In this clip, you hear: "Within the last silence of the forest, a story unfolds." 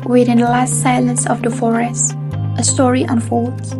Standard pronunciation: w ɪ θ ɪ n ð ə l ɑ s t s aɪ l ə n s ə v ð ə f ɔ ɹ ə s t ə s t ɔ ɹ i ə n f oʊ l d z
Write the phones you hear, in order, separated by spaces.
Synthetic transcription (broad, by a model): w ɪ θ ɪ n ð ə l ɑ s t s aɪ l ə n s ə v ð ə f ɔ ɹ ə s t ə s t ɔ ɹ i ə n f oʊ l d